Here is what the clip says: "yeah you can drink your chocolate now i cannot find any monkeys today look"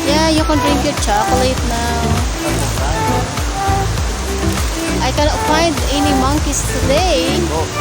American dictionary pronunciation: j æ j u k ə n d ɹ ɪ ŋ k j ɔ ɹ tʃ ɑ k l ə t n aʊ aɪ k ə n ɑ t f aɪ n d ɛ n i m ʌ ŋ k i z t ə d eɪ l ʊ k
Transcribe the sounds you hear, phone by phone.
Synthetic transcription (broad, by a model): j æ j u k ə n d ɹ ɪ ŋ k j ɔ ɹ tʃ ɑ k l ə t n aʊ aɪ k ə n ɑ t f aɪ n d ɛ n i m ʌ ŋ k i s t ə d eɪ